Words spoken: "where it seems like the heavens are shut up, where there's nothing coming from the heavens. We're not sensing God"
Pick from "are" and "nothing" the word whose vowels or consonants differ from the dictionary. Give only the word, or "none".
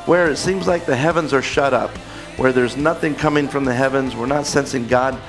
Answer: none